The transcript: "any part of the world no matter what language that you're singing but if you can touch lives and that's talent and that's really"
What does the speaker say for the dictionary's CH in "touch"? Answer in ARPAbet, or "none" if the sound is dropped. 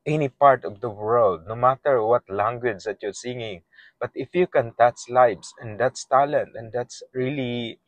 S